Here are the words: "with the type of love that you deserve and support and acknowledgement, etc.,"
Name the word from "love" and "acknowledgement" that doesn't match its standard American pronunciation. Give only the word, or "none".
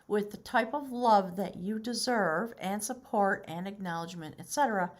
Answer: none